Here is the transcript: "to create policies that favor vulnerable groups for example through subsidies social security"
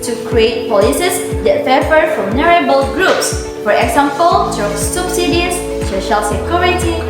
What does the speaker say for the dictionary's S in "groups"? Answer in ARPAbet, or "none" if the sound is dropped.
S